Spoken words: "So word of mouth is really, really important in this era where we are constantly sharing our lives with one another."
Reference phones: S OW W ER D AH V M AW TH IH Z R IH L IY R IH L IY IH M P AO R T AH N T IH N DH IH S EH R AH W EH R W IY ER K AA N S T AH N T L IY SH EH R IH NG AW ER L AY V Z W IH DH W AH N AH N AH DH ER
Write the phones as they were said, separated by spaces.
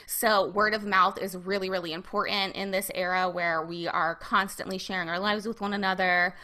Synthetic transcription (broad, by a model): S OW W ER D AH V M AW TH IH Z R IH L IY R IH L IY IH M P AO R T N T IH N DH IH S EH R AH W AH R W IY ER K AA N S T AH N T L IY SH EH R IH NG AW ER L AY V Z W IH DH W AH N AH N AH DH ER